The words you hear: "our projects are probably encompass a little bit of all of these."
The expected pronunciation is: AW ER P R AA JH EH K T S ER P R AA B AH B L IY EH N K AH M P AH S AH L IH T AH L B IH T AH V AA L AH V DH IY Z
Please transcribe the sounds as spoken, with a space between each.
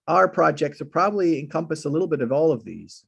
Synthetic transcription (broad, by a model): AW ER P R AA JH EH K T S ER P R AA B AH B L IY EH N K AH M P AH S AH L IH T L B IH T AH V AA L AH V DH IY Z